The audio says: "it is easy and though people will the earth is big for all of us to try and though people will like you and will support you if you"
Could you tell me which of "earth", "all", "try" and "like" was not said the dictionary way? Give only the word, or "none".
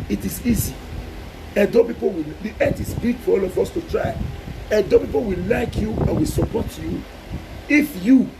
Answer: earth